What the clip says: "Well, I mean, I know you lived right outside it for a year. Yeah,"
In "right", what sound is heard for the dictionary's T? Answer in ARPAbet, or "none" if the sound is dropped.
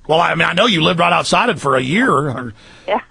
T